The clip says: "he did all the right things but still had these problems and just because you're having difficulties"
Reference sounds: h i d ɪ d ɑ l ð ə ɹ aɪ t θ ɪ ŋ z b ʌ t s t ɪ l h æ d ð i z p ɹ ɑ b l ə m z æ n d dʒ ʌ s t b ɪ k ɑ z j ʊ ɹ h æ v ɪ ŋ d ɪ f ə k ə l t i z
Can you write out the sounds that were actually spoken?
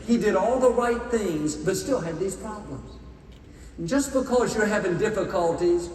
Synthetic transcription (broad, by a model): h i d ɪ d ɑ l ð ə ɹ aɪ t θ ɪ ŋ z b ʌ t s t ɪ l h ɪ d ð i z p ɹ ɑ b l ə m z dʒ ʌ s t b ɪ k ɑ z j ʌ ɹ h æ v ɪ ŋ d ɪ f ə k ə l t i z